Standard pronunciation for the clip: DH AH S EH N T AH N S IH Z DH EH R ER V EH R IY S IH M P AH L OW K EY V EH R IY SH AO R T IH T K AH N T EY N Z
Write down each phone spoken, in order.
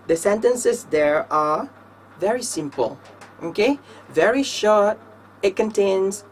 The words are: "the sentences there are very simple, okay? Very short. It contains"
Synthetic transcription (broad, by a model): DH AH S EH N T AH N S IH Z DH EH R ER V EH R IY S IH M P AH L OW K EY V EH R IY SH AO R T IH T K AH N T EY N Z